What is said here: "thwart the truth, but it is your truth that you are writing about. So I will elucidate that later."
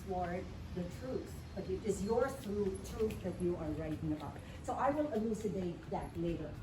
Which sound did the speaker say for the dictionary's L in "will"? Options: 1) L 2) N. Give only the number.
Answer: 2